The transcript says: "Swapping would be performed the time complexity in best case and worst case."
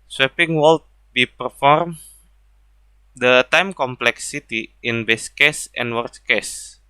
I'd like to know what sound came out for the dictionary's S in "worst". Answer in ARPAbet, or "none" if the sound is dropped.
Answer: none